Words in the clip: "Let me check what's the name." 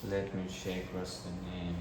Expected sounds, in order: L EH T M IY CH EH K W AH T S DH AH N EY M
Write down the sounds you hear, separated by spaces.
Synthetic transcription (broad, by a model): L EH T M IY SH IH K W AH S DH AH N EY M